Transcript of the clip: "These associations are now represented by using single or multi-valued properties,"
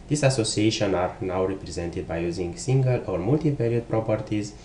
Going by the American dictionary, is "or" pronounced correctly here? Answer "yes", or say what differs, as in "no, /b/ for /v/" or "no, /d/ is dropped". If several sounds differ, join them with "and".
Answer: yes